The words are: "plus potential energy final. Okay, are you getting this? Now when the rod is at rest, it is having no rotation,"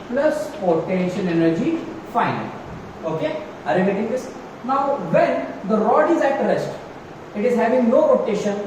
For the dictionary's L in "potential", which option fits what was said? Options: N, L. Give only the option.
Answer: N